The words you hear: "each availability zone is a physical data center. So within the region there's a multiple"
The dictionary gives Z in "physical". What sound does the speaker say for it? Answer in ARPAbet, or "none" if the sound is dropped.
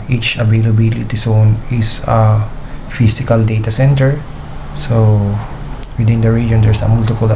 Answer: S